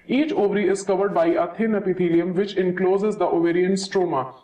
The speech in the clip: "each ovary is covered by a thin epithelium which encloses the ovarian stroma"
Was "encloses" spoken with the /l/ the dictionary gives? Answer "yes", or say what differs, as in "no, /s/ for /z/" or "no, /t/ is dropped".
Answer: yes